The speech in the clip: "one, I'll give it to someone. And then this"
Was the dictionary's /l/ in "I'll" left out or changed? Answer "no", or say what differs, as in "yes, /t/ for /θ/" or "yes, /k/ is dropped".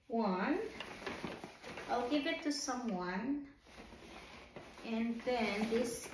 no